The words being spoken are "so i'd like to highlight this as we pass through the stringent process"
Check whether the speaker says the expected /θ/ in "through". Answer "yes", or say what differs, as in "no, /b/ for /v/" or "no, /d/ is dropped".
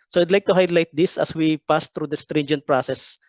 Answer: no, /t/ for /θ/